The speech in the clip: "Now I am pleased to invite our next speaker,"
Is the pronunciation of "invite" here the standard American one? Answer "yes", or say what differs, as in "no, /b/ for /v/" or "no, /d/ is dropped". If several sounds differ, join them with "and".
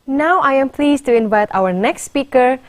yes